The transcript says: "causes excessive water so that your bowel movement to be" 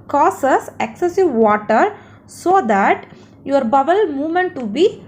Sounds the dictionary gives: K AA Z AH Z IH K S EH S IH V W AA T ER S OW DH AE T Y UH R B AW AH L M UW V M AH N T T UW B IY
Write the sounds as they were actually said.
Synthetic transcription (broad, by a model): K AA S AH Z IH K S EH S IH V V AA T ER S OW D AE T Y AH R B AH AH L M UW V M AH N T T UW B IY